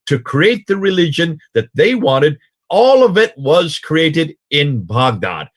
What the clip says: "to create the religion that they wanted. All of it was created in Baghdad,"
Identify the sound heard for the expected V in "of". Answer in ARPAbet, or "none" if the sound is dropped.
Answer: V